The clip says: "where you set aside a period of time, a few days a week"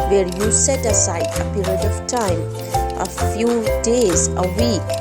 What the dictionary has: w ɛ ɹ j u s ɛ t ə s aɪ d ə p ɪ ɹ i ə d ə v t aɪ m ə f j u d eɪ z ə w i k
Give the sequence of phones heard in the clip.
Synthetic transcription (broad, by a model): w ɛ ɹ j u s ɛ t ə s aɪ ə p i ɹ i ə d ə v t aɪ m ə f j u d eɪ z ə w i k